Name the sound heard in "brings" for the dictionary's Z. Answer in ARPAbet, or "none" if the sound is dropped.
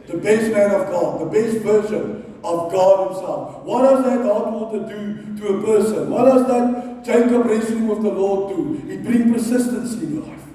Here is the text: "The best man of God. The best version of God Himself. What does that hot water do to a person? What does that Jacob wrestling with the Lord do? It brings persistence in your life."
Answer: none